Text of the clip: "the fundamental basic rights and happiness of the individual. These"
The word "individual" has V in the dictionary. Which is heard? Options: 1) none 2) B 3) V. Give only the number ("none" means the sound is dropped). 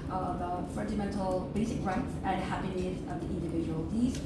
3